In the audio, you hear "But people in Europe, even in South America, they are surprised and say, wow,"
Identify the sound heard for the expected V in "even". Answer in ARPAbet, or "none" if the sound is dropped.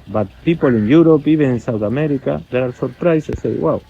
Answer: B